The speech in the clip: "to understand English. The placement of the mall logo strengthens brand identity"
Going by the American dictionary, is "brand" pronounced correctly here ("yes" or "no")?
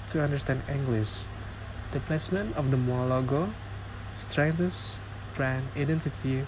no